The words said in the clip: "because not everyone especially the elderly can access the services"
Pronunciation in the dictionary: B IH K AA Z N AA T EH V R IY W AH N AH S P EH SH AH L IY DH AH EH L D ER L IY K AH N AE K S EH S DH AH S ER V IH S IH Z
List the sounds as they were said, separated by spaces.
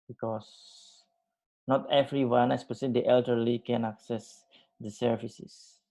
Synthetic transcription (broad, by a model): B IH K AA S N AA T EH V R IY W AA N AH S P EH S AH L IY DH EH L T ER L IY K AH N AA K S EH S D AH S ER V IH S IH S